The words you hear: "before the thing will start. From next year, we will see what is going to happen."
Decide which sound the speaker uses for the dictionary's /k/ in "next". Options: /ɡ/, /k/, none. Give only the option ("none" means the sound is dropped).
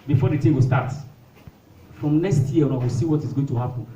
/k/